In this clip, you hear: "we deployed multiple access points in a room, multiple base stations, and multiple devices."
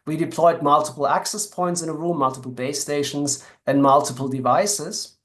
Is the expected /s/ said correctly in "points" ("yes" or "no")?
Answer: yes